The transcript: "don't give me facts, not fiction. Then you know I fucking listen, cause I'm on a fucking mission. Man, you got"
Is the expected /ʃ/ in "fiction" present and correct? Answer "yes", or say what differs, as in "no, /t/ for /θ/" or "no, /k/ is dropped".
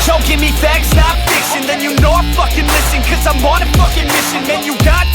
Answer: no, /s/ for /ʃ/